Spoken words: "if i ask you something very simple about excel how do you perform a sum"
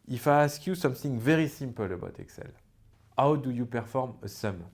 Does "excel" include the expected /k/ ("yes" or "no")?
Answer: yes